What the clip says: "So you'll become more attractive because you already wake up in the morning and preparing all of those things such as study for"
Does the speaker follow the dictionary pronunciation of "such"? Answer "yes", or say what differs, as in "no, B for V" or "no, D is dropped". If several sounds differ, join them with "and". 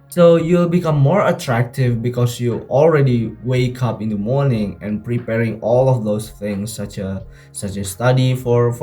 no, S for CH